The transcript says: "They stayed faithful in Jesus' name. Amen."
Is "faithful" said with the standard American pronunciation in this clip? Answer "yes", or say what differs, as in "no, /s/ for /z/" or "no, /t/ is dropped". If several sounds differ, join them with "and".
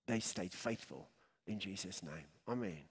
yes